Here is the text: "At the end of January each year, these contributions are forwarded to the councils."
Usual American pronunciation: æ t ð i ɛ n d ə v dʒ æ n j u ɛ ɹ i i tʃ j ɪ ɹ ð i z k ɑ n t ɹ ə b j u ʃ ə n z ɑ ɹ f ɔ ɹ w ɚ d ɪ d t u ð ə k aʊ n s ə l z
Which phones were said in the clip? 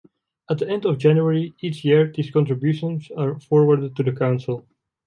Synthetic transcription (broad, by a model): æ t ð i ɛ n d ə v dʒ æ n j u ɛ ɹ i i tʃ j ɪ ɹ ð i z k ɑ n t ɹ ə b j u ʃ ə n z ɑ ɹ f ɔ ɹ w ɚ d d t u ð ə k aʊ n s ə l